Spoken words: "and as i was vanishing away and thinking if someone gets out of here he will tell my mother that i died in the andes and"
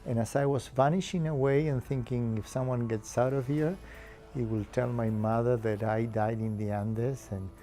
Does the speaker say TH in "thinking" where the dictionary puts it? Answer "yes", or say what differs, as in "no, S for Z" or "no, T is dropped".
yes